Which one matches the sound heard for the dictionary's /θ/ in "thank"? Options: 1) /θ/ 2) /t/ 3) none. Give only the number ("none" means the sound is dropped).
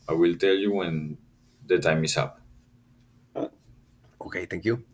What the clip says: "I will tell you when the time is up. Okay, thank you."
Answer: 2